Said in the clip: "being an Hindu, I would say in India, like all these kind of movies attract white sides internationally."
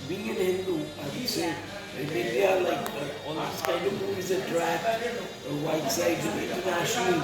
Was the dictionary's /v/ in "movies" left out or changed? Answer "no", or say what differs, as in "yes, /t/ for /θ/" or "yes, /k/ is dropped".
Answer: yes, /v/ is dropped